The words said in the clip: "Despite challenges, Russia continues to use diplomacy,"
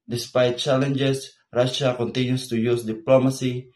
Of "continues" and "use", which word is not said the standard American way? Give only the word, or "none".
continues